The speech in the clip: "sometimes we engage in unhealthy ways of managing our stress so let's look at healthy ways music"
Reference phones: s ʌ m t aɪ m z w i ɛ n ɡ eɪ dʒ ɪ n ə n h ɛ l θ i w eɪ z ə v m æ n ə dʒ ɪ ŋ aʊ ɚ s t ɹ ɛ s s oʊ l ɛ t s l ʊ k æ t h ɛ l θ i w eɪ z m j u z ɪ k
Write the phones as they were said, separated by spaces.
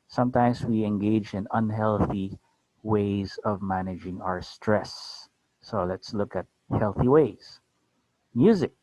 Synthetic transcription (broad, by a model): s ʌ m t aɪ m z w i ɛ n ɡ eɪ dʒ ɪ n ə n h ɛ l θ i w eɪ z ə v m æ n ə dʒ ɪ ŋ aʊ ɚ s t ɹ ɛ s s oʊ l ɛ t s l ʊ k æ t h ɛ l θ i w eɪ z m j u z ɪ k